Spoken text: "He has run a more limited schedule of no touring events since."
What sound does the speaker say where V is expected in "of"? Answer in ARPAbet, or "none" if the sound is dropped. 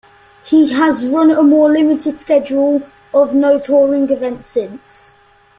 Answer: V